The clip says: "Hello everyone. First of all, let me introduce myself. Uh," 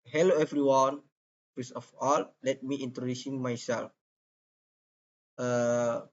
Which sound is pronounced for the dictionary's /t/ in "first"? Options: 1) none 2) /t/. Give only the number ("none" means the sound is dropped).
1